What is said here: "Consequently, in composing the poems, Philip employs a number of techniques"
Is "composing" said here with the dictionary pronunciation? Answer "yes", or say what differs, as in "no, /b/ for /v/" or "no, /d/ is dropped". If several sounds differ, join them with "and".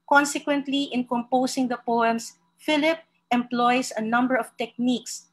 no, /s/ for /z/